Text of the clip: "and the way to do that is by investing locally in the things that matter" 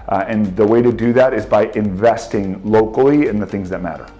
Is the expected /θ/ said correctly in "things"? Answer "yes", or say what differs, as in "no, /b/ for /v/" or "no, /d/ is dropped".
yes